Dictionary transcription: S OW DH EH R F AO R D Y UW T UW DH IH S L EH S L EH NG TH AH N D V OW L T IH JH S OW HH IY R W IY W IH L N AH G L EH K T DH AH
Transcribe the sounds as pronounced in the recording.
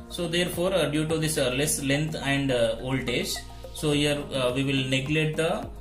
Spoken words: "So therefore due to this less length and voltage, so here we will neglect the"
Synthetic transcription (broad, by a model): S OW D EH R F AO R D Y UW T UW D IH S L EH S L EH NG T AH N D OW L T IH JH S OW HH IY R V IY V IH L N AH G L EH T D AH